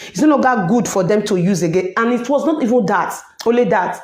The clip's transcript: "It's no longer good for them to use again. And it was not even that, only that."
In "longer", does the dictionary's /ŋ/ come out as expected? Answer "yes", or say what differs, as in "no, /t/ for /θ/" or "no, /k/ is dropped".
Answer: no, /ŋ/ is dropped